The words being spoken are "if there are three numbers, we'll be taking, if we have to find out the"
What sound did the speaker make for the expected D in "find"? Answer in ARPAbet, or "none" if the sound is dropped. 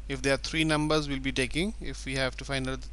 none